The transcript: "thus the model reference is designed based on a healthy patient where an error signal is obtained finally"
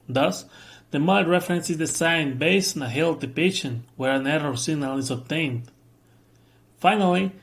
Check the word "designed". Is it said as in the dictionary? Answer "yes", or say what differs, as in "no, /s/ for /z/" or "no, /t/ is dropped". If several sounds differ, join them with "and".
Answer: no, /s/ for /z/